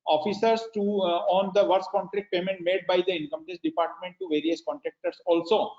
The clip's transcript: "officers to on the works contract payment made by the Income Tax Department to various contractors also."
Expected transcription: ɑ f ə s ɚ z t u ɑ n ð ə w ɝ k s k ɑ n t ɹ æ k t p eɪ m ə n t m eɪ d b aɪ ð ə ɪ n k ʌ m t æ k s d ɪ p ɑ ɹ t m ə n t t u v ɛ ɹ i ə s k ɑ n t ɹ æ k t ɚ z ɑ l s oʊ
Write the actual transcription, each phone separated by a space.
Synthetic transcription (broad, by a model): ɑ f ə s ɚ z t u ɑ n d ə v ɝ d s k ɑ n t ɹ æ k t p eɪ m ə n t m eɪ d b aɪ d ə ɪ n k ʌ m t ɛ s d ɪ p ɑ ɹ t m ə n t t u v ɛ ɹ i ə s k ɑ n t ɹ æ k t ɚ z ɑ l s oʊ